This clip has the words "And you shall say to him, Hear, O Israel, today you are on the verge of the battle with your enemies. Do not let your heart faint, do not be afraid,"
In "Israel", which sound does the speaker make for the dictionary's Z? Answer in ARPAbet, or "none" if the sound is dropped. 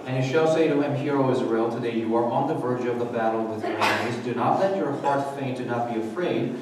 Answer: Z